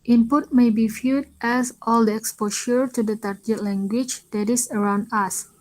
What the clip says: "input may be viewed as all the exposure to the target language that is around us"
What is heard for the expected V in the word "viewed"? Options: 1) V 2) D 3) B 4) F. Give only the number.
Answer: 4